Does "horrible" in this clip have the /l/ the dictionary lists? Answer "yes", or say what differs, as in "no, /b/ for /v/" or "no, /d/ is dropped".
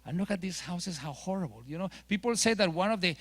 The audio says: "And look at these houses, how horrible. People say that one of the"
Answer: no, /n/ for /l/